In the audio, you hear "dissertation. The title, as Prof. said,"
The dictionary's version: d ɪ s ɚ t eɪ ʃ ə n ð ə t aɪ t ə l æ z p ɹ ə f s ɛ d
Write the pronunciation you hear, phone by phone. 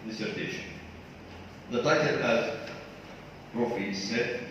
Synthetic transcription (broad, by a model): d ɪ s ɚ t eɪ ʃ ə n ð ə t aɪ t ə n æ z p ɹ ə f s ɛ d